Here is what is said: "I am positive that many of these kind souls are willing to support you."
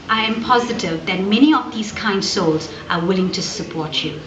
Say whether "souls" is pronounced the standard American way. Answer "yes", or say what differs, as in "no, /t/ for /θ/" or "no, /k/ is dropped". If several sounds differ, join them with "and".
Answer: yes